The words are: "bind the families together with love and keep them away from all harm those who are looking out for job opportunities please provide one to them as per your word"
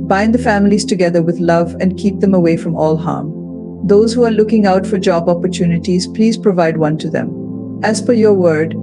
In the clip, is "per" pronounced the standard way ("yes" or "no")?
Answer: no